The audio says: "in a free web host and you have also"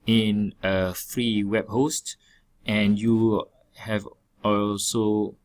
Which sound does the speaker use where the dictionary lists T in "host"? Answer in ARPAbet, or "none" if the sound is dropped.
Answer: T